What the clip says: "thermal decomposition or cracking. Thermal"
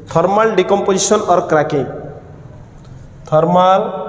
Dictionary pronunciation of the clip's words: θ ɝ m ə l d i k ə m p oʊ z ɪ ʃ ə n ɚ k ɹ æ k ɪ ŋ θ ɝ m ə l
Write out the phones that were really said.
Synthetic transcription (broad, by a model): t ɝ m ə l d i k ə m p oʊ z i s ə n ɚ k ɹ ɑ k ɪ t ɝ m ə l